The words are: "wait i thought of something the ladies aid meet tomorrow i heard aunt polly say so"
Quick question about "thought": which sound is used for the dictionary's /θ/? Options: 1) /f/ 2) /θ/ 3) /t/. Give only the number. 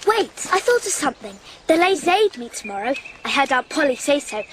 2